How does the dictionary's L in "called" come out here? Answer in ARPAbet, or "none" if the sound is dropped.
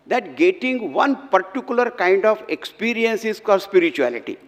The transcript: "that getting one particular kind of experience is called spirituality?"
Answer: none